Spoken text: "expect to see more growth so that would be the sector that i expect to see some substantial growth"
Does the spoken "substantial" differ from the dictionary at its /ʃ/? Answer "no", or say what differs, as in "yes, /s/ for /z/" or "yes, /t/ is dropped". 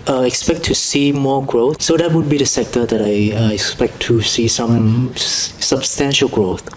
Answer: no